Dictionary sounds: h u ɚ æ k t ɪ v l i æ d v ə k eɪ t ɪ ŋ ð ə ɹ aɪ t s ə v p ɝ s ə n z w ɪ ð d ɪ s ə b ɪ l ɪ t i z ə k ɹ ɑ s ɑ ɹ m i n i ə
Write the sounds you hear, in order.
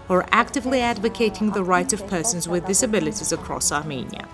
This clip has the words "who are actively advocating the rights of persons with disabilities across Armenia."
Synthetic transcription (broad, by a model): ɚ æ k t ɪ v l i æ d v ə k eɪ t ɪ ŋ ð ə ɹ aɪ t ə v p ɝ s ə n z w ɪ ð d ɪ s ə b ɪ l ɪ t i z ə k ɹ ɑ s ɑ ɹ m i n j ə